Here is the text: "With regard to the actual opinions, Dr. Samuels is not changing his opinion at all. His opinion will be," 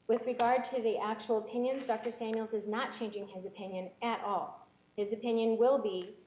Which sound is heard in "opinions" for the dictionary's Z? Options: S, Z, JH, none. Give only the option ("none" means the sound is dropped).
Z